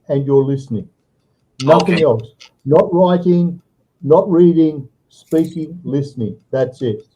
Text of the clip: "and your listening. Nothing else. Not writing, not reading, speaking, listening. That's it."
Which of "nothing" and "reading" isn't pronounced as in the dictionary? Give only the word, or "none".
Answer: none